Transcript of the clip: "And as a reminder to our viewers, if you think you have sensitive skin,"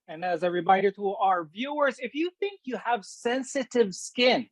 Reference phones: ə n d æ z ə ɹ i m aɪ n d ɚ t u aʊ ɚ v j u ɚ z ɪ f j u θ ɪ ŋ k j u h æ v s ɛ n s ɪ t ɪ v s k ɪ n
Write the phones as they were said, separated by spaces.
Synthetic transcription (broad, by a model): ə n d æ z ə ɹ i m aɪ d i t u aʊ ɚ v j u ɚ z ɪ f j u θ ɪ ŋ k j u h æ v s ɛ n s ɪ t ɪ v s k ɪ n